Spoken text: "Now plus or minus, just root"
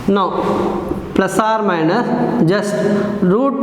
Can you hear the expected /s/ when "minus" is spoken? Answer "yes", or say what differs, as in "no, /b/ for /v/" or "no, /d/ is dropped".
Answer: no, /s/ is dropped